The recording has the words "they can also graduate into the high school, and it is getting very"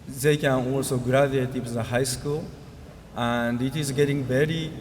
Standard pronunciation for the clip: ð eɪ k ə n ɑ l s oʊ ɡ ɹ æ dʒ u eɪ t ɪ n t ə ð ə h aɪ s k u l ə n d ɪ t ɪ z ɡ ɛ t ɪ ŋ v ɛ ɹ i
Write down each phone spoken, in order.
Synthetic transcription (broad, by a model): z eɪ k ə n ɑ l s oʊ ɡ ɹ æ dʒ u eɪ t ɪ t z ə h aɪ s k u l ə n d ɪ t ɪ z ɡ ɛ t ɪ ŋ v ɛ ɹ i